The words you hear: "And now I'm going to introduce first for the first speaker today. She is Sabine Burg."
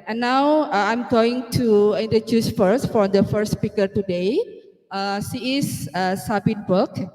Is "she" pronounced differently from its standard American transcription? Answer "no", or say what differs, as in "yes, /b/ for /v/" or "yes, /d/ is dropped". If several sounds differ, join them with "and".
yes, /s/ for /ʃ/